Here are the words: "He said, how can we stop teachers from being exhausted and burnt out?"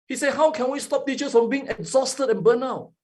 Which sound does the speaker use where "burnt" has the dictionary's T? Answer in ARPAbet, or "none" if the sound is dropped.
none